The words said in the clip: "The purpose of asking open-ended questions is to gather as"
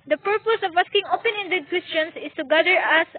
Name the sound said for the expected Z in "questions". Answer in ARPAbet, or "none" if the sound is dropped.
S